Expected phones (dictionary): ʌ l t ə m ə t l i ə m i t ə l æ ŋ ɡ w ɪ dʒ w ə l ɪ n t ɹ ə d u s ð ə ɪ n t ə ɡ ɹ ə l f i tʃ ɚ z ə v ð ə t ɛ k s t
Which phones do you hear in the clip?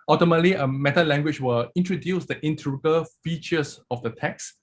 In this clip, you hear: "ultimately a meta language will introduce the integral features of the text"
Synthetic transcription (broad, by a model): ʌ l t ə m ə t l i ə m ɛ t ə l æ ŋ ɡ w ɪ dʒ w ə l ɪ n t ɹ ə d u s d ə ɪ n t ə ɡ ə l f i tʃ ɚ s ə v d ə t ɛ k s